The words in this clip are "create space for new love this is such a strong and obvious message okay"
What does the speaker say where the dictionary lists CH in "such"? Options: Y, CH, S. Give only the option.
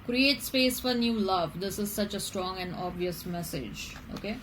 CH